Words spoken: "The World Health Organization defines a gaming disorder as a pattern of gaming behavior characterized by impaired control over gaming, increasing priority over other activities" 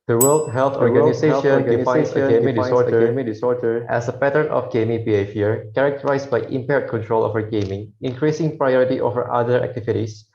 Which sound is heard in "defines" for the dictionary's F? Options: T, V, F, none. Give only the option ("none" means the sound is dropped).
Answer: none